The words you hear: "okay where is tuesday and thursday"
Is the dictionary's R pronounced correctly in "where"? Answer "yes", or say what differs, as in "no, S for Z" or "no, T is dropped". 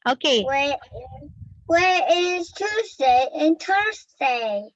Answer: no, W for R